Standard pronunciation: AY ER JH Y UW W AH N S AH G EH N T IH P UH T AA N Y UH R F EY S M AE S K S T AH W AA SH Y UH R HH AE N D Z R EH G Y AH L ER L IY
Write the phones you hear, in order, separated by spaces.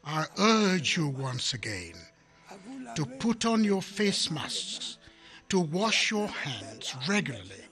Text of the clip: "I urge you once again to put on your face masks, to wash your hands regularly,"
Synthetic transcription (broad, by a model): AY ER JH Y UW W AH N S AH G EH N T IH P UH T N Y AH R F EY S M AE S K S T AH W AA SH Y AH R HH AE N D Z R EH G Y L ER L IY